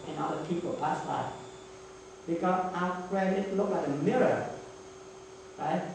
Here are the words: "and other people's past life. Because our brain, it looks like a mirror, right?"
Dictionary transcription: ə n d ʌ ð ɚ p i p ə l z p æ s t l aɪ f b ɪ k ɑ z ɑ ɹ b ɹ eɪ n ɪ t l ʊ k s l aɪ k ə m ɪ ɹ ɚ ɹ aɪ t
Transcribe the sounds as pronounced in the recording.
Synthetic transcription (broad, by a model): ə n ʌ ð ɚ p i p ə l p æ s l aɪ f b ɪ k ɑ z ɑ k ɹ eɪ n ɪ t l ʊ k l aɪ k ə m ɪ ɹ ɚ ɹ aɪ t